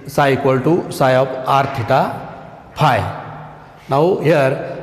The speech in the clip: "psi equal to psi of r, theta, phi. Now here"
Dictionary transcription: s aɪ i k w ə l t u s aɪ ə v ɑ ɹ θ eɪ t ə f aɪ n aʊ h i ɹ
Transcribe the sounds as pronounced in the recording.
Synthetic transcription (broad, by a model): s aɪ k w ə l t u s aɪ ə p ɑ ɹ t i t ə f aɪ n aʊ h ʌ ɹ